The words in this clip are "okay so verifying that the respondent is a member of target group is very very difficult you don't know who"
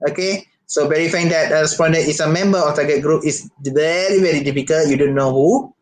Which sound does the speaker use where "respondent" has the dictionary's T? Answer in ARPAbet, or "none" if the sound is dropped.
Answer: none